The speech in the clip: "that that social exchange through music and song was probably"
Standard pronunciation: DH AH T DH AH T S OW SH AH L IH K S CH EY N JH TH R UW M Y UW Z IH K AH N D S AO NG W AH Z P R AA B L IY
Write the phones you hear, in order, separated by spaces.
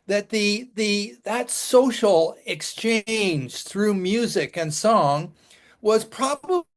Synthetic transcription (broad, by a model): DH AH T DH AH T S OW SH L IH K S CH EY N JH TH R UW M Y UW Z IH K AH N S AO NG W AH Z P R AA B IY